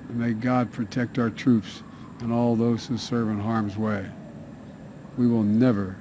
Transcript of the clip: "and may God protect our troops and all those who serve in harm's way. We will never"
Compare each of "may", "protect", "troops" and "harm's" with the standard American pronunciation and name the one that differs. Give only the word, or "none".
none